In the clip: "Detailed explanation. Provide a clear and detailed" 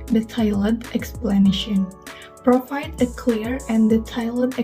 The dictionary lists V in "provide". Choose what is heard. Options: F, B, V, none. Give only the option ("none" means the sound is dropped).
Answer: F